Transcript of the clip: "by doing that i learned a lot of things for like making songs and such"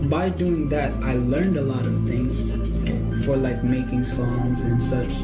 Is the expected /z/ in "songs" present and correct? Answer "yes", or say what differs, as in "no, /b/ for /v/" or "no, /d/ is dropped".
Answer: yes